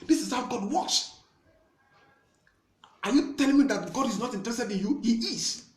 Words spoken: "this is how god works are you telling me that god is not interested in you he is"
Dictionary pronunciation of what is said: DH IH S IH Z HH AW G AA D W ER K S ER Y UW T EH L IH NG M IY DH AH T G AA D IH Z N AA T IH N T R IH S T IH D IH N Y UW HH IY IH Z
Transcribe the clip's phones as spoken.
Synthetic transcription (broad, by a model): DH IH S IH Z HH AW G AA D W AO S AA Y UW T EH L IH NG M IY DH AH T G AA D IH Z N AA T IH N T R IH S T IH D IH N Y UW HH IY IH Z